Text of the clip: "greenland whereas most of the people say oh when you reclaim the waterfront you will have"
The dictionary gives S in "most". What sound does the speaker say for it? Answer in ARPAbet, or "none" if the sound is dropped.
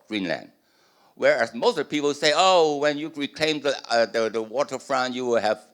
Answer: none